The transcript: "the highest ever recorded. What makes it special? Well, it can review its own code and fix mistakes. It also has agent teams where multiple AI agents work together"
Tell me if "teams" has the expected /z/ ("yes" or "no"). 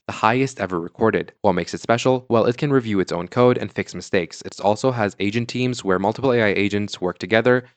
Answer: yes